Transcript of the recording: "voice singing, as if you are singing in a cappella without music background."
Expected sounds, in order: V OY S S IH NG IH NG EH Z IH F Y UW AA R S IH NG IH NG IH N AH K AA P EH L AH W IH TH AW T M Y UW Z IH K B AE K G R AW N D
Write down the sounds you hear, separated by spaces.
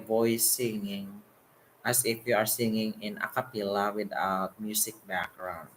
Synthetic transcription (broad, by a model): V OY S S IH NG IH NG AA S IH F Y UW AA R S IH NG IH NG IH N AH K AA P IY L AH W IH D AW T M Y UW S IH K B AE K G R AW N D